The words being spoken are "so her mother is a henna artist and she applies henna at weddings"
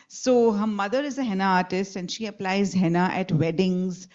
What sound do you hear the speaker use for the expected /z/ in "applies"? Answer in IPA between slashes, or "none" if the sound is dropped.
/z/